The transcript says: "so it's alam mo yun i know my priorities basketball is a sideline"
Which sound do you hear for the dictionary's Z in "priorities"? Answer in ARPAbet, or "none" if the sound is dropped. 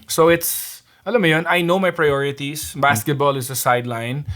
S